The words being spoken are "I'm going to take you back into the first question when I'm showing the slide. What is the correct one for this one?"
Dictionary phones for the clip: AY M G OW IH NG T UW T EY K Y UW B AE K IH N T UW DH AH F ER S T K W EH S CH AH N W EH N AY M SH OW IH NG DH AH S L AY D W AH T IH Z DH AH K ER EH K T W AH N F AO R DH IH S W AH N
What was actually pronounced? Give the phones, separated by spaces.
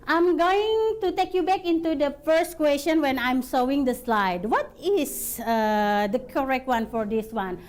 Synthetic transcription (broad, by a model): AY M G OW IH NG T UW T EY K Y UW B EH K IH N T UW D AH F ER S T K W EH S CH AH N W EH N AY M S OW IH NG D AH S L AY D W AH T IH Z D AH K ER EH K T W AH N F AO R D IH S W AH N